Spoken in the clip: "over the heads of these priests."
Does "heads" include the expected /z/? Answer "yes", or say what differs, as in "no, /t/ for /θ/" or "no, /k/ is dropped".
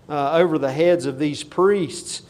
yes